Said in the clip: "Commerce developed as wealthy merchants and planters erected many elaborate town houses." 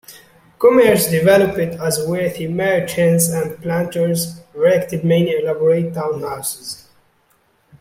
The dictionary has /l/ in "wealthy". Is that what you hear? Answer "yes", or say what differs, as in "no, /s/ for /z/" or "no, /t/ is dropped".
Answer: no, /l/ is dropped